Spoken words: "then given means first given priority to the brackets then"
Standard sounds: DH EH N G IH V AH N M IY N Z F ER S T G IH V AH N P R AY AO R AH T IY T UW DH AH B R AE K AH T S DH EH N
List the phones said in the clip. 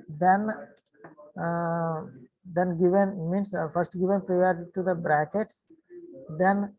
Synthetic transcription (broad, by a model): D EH N G IH V AH N M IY N S F ER S T G IH V AH N P R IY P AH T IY T UW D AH B R AE K AH T S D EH N